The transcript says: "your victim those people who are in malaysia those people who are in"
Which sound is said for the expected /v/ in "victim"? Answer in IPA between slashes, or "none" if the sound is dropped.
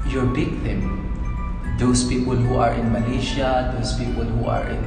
/b/